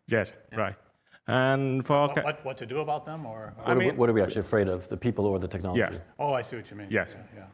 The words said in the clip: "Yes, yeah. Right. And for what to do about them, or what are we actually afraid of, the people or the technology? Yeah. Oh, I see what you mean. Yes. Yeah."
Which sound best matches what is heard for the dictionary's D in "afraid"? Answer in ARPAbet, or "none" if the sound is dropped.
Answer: D